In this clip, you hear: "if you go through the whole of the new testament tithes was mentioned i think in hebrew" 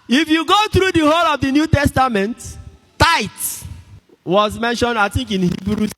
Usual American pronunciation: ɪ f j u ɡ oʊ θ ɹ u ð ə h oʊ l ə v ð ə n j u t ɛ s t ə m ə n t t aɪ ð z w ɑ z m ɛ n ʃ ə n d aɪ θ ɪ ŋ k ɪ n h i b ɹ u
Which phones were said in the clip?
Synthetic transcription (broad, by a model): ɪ f j u ɡ oʊ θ ɹ u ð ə h oʊ l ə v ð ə n j u t ɛ s t ə m ə n t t aɪ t w ɑ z m ɛ n ʃ ə n d aɪ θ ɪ ŋ k ɪ n h i b ɹ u